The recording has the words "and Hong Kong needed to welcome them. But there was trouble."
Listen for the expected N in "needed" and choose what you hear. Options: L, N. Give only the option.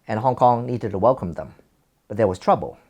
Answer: N